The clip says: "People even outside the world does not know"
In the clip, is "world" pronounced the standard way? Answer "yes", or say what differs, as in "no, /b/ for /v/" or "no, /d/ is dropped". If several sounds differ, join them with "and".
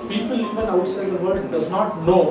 no, /l/ is dropped